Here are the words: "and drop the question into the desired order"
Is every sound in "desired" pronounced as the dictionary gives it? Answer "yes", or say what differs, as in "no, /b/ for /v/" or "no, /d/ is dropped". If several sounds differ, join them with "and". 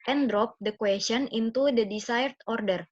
no, /s/ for /z/